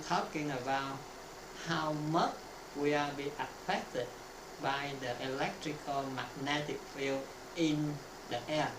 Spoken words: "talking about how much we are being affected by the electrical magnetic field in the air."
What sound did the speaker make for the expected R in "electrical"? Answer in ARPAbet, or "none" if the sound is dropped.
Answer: R